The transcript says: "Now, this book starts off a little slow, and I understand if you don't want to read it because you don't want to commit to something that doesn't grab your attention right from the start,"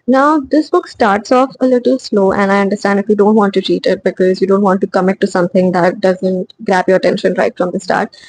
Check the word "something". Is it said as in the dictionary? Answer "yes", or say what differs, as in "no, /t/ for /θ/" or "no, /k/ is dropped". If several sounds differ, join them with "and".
no, /t/ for /θ/